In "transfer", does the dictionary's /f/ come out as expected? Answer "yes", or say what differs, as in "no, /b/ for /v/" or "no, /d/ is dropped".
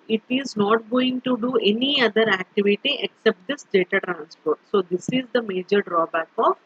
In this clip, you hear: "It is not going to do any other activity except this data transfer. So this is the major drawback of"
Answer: no, /p/ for /f/